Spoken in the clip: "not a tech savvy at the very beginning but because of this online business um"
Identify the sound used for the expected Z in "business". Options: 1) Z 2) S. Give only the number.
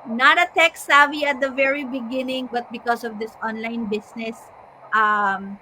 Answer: 2